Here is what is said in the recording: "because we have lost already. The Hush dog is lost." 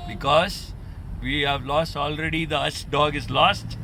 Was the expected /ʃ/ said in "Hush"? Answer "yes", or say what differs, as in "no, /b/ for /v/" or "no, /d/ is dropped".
no, /s/ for /ʃ/